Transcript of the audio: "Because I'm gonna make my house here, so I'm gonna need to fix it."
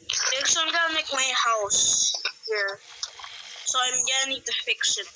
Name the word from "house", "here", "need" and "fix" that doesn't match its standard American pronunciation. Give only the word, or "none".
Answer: fix